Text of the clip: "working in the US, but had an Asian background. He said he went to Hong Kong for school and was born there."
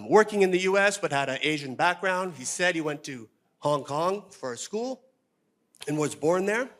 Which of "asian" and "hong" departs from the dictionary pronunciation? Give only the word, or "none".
none